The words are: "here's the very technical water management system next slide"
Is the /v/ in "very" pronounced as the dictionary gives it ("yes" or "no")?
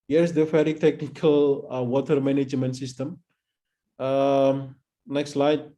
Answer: no